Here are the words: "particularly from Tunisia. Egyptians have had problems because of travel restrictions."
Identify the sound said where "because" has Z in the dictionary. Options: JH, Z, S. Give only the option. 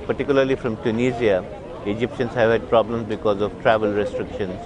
Z